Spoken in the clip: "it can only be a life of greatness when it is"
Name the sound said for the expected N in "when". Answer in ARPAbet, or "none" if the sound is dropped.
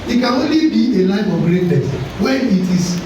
none